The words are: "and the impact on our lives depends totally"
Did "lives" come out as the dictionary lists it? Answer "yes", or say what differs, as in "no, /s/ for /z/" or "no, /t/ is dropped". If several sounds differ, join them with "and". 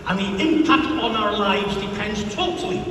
yes